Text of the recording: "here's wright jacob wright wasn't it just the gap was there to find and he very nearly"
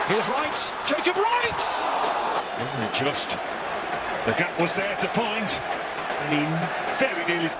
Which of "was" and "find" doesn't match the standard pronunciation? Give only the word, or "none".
find